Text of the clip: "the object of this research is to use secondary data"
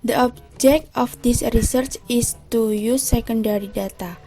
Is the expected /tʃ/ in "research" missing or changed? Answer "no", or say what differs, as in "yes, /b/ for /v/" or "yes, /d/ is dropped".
no